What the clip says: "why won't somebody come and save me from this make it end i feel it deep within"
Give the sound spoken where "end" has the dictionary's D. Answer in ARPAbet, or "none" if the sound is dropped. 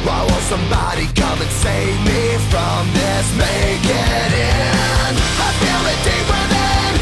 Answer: none